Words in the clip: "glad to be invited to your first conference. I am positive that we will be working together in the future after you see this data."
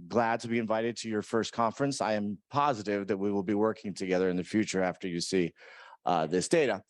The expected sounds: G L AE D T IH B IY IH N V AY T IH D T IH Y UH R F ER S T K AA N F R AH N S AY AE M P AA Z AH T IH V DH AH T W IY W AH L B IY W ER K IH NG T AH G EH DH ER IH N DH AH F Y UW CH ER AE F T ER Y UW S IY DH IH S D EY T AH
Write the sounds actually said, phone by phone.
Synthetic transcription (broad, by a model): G L AE D T IH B IY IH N V AY T IH D T IH Y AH R F ER S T K AA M F R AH N S AY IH M P AA Z AH T IH V DH AH T W IY W AH L B IY W ER K IH NG T AH G EH DH ER IH N DH AH F Y UW CH ER AE F T ER Y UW S IY DH IH S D EY T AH